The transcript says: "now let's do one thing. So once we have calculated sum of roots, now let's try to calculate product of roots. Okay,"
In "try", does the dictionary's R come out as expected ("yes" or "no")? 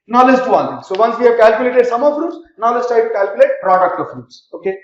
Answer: no